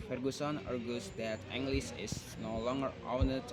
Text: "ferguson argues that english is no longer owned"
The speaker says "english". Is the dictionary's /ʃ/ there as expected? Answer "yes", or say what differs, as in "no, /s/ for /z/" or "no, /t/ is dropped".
no, /s/ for /ʃ/